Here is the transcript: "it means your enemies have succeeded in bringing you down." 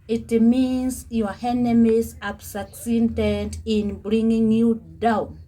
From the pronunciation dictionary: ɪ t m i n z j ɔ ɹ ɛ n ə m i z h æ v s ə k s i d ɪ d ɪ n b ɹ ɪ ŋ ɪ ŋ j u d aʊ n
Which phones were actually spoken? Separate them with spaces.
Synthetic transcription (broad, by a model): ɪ t m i n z j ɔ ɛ n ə m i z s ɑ p s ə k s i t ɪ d ɪ n b ɹ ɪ ŋ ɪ ŋ j u d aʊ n